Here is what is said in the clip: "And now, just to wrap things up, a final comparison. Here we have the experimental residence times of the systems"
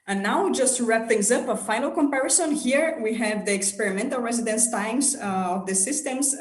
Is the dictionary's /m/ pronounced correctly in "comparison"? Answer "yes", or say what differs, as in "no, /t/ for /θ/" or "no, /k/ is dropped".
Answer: yes